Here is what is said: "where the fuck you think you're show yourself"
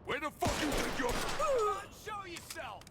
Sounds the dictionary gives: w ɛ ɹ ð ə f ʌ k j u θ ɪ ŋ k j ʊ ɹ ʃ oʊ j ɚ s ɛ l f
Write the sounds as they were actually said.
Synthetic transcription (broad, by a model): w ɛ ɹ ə f ʌ k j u t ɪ k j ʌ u ʃ oʊ j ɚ s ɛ l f